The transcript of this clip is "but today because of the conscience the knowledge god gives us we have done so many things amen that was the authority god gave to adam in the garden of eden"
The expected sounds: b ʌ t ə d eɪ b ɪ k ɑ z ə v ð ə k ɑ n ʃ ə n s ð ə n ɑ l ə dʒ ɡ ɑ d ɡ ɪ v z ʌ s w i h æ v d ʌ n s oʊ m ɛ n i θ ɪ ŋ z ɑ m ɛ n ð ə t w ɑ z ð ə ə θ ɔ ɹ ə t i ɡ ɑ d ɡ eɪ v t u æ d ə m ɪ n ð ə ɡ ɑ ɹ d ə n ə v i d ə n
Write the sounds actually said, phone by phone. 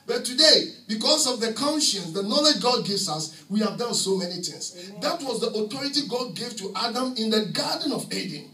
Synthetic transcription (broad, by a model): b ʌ t ə d eɪ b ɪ k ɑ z ə v ð ə k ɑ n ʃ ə n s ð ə n ɑ l ə dʒ ɡ ɑ d ɡ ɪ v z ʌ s w i h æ v d ʌ n s oʊ m ɛ n i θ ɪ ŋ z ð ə t w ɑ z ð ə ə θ ɔ ɹ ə t i ɡ ɑ d ɡ eɪ v t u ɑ d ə m ɪ n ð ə ɡ ɑ d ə n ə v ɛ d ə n